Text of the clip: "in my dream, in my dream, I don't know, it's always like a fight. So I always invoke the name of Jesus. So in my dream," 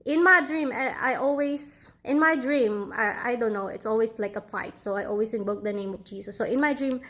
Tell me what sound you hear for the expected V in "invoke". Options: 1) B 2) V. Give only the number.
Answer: 1